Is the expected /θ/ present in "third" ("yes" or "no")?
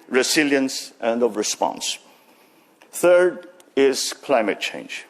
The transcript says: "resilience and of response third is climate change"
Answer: yes